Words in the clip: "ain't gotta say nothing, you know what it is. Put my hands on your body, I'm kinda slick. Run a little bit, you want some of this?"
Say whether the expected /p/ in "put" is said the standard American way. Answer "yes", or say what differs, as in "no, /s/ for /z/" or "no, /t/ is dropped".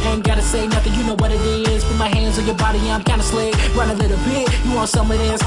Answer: no, /f/ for /p/